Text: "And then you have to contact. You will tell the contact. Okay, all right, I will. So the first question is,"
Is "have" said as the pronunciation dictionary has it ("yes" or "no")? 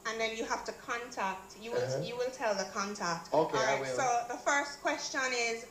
no